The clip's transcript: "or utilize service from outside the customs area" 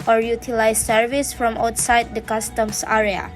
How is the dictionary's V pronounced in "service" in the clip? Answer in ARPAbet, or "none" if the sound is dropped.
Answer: V